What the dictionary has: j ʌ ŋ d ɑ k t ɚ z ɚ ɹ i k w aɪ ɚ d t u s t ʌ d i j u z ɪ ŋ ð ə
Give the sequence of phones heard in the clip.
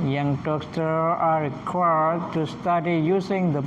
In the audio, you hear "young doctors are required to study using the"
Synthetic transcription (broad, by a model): j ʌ ŋ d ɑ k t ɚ ɑ ɹ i k w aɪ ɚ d t u s t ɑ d i j u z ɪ ŋ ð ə